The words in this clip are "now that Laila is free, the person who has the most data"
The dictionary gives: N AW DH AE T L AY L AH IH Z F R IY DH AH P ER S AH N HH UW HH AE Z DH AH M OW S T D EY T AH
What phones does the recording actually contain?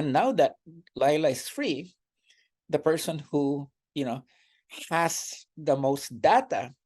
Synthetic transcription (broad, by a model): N AW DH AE T L AY L AH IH S F R IY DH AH P ER S AH N HH UW HH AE S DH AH M OW S T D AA T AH